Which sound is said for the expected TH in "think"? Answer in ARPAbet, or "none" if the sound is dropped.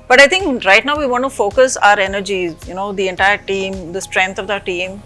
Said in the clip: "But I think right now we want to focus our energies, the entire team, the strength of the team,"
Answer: T